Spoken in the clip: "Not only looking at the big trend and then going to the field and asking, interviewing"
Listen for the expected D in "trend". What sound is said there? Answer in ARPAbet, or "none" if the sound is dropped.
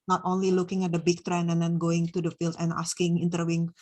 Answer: none